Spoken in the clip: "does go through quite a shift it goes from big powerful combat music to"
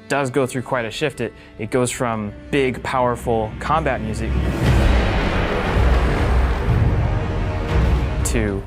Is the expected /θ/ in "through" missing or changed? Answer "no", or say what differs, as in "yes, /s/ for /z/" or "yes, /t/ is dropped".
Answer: no